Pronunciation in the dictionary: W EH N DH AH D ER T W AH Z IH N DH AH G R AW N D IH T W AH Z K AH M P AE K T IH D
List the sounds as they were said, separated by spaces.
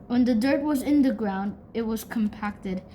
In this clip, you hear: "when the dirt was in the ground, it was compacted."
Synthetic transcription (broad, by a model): W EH N DH AH D ER T W AH Z IH N DH AH G R AW N D IH T W AH Z K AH M P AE K T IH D